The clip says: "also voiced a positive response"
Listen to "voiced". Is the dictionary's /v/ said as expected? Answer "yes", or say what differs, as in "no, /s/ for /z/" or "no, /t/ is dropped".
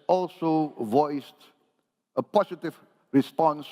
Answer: yes